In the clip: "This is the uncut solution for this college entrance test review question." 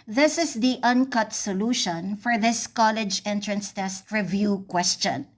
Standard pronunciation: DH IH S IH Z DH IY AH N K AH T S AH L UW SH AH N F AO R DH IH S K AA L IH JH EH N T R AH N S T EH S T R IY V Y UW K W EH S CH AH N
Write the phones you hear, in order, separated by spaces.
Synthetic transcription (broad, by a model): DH IH S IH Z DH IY AH N K AH T S AH L UW SH AH N F AO R DH IH S K AA L IH JH EH N T R AH N S T EH S T R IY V Y UW K W EH S CH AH N